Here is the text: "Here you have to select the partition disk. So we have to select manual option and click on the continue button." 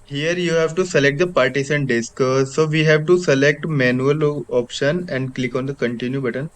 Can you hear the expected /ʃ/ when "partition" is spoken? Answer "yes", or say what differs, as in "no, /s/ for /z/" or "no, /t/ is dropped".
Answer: no, /s/ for /ʃ/